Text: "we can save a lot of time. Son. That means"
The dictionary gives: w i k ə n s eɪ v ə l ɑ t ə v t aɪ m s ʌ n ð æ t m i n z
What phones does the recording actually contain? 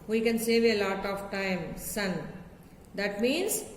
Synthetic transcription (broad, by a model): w i k ə n s eɪ v ə l ɑ t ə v t aɪ m s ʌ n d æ t m i n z